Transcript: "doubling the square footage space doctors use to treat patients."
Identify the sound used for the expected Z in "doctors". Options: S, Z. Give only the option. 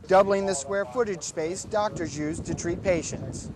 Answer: Z